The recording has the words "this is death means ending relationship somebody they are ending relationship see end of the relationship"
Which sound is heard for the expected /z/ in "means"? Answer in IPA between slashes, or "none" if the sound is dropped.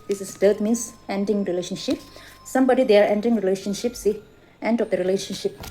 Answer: /s/